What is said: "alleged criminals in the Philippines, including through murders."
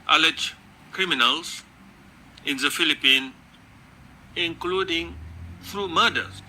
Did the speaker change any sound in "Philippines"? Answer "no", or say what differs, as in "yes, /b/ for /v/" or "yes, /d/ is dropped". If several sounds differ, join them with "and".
yes, /z/ is dropped